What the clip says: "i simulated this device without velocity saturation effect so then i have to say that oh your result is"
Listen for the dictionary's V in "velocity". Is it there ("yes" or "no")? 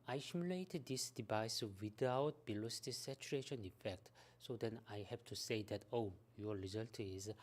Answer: no